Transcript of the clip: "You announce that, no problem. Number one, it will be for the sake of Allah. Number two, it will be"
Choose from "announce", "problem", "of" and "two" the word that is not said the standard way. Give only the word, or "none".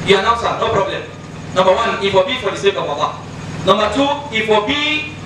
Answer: of